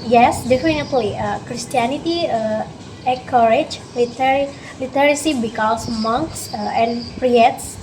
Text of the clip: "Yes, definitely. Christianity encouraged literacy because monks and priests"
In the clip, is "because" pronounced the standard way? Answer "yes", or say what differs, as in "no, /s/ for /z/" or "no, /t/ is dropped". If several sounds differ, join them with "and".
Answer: no, /s/ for /z/